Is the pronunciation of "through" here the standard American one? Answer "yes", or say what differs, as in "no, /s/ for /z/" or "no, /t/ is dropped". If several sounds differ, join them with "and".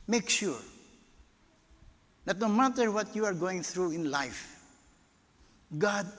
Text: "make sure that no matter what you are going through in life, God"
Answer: no, /t/ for /θ/